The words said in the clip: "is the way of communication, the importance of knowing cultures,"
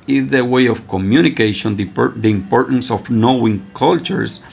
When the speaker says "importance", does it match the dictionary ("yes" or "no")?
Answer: yes